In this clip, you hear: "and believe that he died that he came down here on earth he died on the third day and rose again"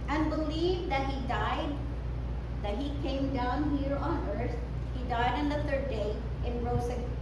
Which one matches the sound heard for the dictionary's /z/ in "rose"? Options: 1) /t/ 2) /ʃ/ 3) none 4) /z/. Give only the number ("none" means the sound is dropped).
3